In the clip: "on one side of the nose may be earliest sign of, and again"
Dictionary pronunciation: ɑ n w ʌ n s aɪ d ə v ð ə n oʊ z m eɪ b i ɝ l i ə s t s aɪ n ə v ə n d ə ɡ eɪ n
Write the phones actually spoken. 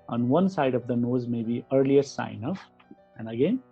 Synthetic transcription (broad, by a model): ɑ n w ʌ n s aɪ d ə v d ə n oʊ z m eɪ b i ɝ l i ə t s aɪ n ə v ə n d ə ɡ eɪ n